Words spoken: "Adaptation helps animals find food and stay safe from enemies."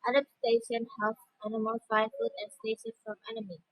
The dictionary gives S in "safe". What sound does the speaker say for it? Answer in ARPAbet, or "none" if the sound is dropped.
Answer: SH